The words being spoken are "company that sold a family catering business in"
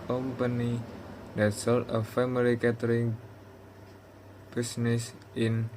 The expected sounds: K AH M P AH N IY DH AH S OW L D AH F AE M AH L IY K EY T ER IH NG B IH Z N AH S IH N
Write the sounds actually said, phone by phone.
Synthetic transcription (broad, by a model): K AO M P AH N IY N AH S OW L AH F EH M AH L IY K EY T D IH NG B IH S N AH S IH N